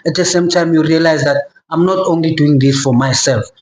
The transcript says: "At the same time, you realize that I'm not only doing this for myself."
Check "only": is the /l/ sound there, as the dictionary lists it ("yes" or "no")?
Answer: yes